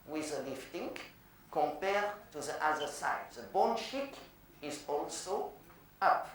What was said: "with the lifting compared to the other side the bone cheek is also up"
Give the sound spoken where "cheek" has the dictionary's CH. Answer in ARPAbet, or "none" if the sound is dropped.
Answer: SH